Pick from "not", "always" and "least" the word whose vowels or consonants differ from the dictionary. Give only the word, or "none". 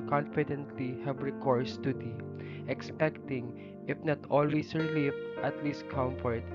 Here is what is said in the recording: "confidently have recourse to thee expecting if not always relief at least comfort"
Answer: always